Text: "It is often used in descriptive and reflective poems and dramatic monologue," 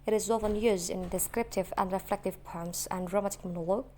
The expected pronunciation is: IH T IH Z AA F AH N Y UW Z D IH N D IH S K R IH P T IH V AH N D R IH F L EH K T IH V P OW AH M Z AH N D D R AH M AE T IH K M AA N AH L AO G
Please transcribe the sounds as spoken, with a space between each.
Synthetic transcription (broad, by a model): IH T IH Z AA F AH N Y UW Z D IH N D IH S K R IH P T IH V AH N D R IH F L EH K T IH V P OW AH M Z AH N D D R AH M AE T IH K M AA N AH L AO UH